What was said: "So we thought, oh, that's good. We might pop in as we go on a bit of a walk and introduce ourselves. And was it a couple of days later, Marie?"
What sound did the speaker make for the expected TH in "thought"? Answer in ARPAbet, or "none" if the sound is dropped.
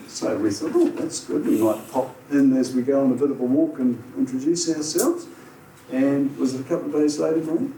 TH